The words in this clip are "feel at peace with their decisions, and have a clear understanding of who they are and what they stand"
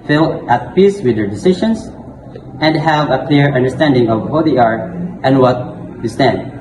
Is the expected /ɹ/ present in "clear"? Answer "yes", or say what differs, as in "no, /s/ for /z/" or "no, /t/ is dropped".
yes